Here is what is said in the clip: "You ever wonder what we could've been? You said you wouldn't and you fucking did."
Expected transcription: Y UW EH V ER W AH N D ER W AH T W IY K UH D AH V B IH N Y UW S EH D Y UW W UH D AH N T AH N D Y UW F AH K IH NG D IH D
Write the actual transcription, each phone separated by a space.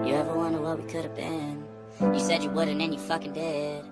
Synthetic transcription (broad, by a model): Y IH EH V ER W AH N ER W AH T W IY K UH D AH V B IH N Y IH S EH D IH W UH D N AH N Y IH F AH K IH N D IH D